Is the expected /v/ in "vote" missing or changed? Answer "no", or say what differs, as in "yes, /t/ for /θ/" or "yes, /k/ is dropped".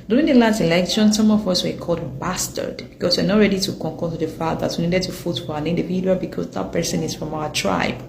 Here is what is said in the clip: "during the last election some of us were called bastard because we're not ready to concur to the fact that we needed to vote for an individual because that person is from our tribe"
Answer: yes, /f/ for /v/